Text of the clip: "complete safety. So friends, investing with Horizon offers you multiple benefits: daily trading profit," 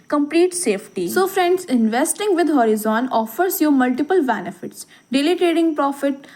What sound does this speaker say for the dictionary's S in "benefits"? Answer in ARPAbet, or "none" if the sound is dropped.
S